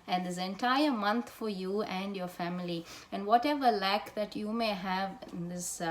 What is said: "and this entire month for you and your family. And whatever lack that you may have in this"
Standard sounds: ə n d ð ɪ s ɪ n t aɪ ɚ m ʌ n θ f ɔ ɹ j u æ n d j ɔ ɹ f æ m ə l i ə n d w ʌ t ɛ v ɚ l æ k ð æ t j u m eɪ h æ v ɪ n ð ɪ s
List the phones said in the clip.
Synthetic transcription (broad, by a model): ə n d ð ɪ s ɪ n t aɪ ɚ m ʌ n t f ɔ ɹ j u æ n d j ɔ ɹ f æ m ə l i ə n d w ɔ t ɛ v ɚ l æ k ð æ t j u m eɪ h æ v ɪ n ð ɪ s